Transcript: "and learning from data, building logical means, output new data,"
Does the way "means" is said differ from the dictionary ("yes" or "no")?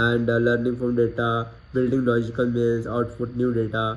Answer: yes